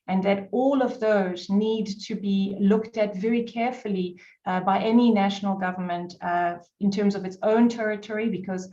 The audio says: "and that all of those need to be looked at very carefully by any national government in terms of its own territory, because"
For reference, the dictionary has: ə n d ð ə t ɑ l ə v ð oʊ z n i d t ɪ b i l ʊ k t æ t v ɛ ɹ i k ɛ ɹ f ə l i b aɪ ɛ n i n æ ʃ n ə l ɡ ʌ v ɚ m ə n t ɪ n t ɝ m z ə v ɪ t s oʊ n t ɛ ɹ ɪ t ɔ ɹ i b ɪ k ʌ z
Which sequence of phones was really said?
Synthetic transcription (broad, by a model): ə n ð ə t ɑ l ə v ð oʊ z n i d t ɪ b i l ʊ k t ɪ t v ɛ ɹ i k ɛ ɹ f ə l i b aɪ ɛ n i n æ ʃ n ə l ɡ ʌ v ɚ m ə n t ɪ n t ɝ m z ə v ɪ t s oʊ n t ɛ ɹ ɪ t ɔ ɹ i b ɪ k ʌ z